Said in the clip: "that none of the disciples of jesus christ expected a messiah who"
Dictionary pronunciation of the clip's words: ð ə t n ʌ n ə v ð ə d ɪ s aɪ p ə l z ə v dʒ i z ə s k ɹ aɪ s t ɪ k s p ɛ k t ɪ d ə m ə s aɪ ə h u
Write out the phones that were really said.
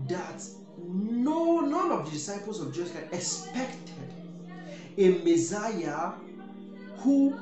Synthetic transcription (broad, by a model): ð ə t n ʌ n ə v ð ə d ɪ s aɪ p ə l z ə v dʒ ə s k aɪ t ɪ k s p ɛ k t ɪ d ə m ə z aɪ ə h u